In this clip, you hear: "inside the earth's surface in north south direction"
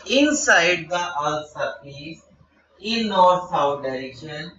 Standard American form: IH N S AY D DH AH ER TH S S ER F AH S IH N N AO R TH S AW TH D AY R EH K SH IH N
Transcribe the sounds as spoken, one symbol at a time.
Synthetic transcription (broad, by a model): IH N S AY D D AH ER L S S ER P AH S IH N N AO R T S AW T D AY R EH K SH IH N